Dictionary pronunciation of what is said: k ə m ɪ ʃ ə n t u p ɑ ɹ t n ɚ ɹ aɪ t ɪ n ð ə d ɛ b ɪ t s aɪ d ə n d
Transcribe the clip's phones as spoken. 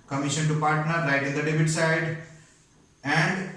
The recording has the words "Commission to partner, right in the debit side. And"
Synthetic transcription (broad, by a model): k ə m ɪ ʃ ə n t u p ɑ ɹ t n ɚ l aɪ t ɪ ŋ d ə d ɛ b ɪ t s aɪ d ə n d